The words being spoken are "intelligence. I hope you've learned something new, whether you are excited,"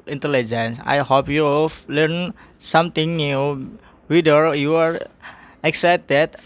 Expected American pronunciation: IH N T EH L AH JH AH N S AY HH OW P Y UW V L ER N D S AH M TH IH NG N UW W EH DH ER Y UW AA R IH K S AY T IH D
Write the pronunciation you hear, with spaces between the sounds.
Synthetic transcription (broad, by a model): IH N T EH L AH JH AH N S AY HH OW P Y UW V L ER N S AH M T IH NG N UW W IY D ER Y UW AA R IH K S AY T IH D